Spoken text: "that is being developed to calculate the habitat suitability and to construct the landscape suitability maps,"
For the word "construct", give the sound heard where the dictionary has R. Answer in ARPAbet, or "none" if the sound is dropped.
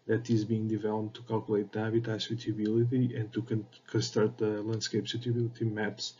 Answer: none